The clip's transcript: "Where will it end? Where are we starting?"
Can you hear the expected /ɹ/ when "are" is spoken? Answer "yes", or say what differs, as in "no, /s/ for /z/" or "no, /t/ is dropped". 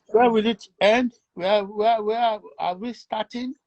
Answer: no, /w/ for /ɹ/